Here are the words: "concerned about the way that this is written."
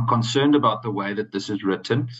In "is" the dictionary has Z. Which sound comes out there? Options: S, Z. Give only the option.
Z